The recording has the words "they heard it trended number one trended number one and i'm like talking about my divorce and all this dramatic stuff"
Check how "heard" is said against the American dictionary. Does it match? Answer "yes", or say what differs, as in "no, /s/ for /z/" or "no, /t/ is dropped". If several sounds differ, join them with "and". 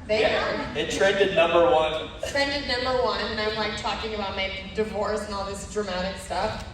no, /d/ is dropped